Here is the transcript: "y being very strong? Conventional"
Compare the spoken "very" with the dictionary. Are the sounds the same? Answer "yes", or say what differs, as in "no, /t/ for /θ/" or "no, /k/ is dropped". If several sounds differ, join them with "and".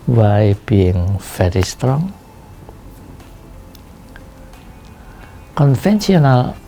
no, /f/ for /v/